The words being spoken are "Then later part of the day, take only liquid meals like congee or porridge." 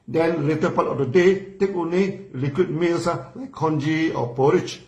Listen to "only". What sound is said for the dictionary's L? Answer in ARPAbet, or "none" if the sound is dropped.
none